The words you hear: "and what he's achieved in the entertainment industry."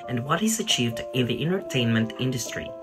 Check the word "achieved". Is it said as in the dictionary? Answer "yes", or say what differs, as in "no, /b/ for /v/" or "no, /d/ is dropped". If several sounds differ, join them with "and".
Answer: yes